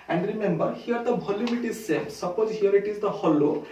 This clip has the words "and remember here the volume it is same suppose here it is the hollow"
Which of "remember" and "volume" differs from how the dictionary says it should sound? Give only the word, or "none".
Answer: volume